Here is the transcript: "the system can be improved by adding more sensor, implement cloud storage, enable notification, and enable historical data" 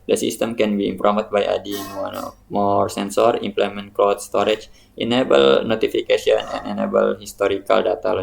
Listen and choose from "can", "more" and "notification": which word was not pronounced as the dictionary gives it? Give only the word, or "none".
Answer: notification